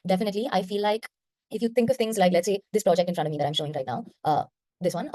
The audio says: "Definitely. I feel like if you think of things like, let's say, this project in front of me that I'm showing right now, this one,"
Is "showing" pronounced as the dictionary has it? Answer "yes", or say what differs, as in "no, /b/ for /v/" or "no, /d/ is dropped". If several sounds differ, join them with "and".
yes